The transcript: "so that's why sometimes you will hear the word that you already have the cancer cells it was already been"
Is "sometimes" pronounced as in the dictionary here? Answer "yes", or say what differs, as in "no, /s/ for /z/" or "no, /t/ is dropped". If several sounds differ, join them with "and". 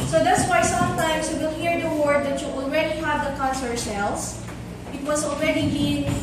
no, /s/ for /z/